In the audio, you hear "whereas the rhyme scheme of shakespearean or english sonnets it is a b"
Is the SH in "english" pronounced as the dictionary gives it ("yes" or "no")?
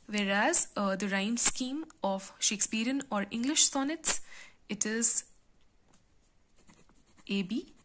yes